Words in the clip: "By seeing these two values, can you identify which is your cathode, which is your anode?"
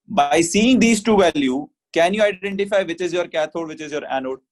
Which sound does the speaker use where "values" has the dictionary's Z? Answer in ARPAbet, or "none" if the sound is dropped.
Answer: none